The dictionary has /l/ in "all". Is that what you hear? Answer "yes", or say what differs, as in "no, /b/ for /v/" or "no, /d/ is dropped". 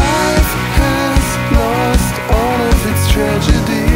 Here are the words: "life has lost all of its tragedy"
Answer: no, /n/ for /l/